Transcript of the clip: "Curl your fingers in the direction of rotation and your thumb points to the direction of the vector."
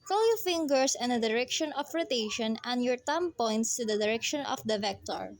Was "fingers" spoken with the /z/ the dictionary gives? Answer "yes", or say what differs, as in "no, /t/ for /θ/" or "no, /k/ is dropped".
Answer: no, /s/ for /z/